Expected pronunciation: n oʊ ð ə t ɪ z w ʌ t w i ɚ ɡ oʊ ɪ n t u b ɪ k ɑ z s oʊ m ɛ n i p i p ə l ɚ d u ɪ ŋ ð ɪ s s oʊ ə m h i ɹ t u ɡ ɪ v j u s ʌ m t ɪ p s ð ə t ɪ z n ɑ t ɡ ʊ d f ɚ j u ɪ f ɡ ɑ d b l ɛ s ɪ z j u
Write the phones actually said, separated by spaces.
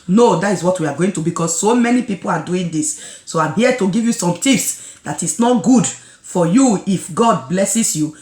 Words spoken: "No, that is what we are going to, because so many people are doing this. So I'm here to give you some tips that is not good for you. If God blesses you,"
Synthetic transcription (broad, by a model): n oʊ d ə t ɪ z w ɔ t w i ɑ ɡ oʊ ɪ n t u b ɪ k ɑ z s oʊ m ɛ n i p i p ə l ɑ d u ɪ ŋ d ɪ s s oʊ ə m h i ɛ t u ɡ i v j u s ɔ m t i f s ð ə t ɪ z n ɑ t ɡ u d f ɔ j u ɪ f ɡ ɑ d b l ɛ s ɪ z j u